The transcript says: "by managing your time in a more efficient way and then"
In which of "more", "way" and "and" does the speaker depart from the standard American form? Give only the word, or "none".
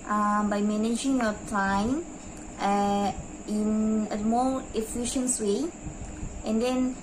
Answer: more